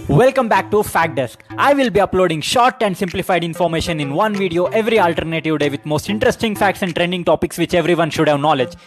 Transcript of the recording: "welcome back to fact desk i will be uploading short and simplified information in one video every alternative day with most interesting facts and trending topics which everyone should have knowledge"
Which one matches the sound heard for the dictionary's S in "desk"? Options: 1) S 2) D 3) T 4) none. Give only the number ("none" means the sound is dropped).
1